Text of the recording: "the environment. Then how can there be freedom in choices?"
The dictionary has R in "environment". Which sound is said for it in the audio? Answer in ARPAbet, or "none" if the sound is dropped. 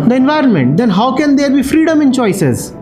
R